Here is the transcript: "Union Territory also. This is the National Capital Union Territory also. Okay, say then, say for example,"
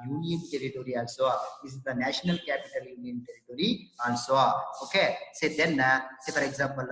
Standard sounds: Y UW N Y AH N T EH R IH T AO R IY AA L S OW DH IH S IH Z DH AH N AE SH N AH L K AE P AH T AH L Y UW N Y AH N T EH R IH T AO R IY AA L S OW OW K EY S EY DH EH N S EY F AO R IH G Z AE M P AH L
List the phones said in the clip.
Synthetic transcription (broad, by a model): Y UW N Y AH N T EH R IH T AO R IY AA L S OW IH IH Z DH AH N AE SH N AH L K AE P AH T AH L Y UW N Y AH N T EH R IH T AO R IY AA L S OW OW K EY S EY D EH N S EY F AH R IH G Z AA M P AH L